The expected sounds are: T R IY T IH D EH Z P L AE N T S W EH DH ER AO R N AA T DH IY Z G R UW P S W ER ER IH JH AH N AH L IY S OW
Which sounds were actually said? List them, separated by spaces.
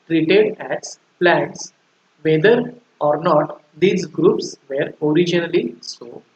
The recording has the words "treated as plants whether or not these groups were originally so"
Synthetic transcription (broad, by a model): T R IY T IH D EH Z P L AE N T S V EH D ER AO R N AA T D IY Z G R UW P S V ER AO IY JH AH N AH L IY S OW